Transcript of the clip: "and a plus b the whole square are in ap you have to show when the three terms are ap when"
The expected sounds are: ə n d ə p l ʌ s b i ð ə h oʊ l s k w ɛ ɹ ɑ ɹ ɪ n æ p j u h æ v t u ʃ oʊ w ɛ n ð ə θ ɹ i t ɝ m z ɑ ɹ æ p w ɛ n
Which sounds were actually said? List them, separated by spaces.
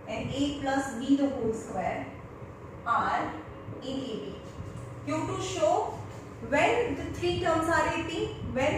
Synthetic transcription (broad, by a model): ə n d ə p l ʌ s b i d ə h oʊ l s k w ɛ ɹ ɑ ɹ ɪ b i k j u t u ʃ oʊ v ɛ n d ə t ɹ i t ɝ m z ɑ ɹ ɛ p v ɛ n